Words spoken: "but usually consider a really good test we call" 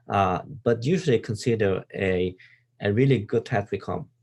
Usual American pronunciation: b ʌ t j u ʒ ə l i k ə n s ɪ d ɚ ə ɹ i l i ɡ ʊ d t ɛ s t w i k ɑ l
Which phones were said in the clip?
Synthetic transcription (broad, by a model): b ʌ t j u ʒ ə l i k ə n s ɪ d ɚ ə ɹ i l i ɡ ʊ d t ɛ t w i k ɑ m